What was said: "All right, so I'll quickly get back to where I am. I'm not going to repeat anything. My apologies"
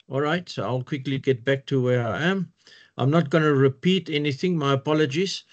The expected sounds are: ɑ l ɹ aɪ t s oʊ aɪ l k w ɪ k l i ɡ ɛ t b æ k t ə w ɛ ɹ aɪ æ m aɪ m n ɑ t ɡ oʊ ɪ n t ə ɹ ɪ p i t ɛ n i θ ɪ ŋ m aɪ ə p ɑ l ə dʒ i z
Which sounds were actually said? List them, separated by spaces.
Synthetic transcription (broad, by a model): ɑ l ɹ aɪ t s oʊ aɪ l k w ɪ k l i ɡ ɛ t b æ k t ə w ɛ ɹ aɪ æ m aɪ m n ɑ t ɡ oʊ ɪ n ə ɹ ɪ p i t ɛ n i θ ɪ ŋ m aɪ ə p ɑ l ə dʒ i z